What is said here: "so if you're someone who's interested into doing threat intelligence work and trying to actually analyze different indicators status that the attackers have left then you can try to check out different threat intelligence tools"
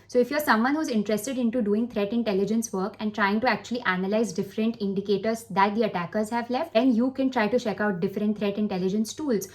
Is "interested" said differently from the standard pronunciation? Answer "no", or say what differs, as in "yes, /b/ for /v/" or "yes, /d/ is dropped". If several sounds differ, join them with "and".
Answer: no